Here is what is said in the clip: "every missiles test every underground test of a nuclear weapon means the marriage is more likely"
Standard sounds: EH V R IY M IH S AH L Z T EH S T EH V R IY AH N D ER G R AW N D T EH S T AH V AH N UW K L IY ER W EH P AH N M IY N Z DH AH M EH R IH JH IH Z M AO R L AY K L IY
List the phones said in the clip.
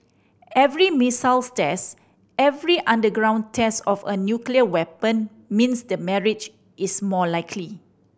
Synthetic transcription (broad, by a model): EH V R IY M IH S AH L S T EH S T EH V R IY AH N D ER G R AW N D T EH S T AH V AH N UW K L IY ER W EH P AH N M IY N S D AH M EH R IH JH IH S M AO L AY K L IY